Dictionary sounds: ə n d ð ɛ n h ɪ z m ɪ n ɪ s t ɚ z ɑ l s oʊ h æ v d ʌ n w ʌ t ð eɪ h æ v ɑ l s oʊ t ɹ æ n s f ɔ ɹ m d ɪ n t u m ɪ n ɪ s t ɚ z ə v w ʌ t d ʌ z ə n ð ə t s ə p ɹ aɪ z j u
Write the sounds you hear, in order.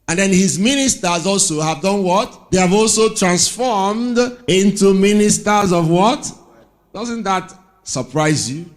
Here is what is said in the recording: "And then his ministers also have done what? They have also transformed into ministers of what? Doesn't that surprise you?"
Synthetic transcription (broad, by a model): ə n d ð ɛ n h ɪ z m ɪ n ɪ s t ɚ z ɑ l s oʊ h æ v d ʌ n w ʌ t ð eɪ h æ v ɑ l s oʊ t ɹ æ n s f ɔ ɹ m d ɪ n t u m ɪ n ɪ s t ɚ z ə v w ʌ t d ʌ z ə n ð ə t s ə p ɹ aɪ z j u